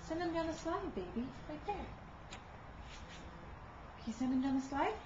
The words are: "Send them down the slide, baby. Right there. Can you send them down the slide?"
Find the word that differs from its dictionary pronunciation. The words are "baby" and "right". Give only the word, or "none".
right